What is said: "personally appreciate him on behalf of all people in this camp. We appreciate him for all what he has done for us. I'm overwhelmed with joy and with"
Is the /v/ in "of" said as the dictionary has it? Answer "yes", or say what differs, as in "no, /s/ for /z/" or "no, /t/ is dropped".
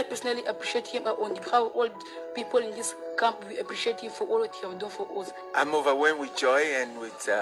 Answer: no, /w/ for /v/